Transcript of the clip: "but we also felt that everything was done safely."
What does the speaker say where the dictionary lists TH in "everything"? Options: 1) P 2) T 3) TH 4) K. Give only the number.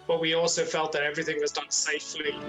3